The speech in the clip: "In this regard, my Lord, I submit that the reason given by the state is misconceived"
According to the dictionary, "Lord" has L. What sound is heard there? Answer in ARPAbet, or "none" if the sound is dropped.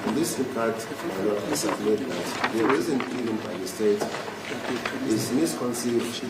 N